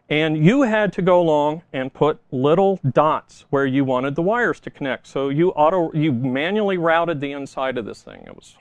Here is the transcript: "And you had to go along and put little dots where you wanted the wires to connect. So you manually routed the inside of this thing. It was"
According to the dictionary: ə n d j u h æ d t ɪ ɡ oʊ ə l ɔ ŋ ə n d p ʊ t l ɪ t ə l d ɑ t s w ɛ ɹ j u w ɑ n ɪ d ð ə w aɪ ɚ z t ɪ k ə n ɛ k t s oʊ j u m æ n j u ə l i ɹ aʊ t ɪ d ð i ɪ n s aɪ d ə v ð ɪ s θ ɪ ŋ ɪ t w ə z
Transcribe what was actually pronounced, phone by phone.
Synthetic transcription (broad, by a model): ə n j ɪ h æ d t ɪ ɡ oʊ ə l ɔ ŋ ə n p ʊ t l ɪ t l d ɑ t s w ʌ ɹ j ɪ w ɑ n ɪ d ð ə w aɪ ɚ z t ɪ k ə n ɛ k t s oʊ j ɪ m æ n j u l i ɹ aʊ t ɪ d ð i ɪ n s aɪ d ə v ð ɪ s θ ɪ ŋ ɪ t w ə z